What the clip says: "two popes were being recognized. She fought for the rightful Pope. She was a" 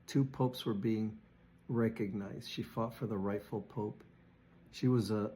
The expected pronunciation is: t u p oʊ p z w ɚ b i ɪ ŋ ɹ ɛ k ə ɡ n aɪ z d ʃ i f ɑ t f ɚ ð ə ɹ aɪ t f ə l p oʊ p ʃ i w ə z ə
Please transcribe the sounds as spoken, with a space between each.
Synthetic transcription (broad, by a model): t u p oʊ p s w ɚ b i ɪ ŋ ɹ ɛ k ə ɡ n aɪ z d ʃ i f ɑ t f ɚ ð ə ɹ aɪ t f l p oʊ p ʃ i w ə z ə